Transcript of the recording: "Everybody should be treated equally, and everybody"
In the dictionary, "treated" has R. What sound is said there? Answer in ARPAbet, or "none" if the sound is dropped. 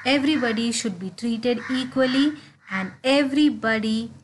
R